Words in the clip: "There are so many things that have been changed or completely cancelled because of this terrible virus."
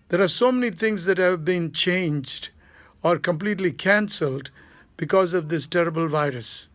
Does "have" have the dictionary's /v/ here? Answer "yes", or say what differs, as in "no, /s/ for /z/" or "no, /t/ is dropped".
yes